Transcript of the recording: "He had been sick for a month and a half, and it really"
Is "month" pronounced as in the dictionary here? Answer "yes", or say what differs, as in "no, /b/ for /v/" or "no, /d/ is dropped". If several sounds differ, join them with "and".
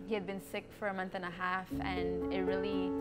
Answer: yes